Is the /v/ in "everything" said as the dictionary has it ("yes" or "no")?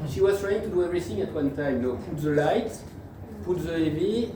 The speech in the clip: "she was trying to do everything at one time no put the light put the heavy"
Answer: no